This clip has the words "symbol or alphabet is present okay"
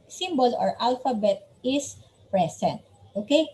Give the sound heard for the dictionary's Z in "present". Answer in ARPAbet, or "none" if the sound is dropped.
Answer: S